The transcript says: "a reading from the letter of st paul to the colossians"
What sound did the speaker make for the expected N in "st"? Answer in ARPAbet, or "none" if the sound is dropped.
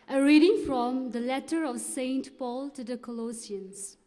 N